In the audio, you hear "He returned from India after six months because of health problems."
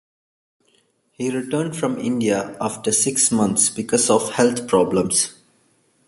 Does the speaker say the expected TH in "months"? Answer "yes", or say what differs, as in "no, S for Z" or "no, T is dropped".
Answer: no, T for TH